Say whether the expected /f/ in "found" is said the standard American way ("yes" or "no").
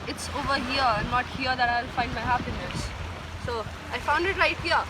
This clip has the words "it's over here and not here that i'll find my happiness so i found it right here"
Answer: yes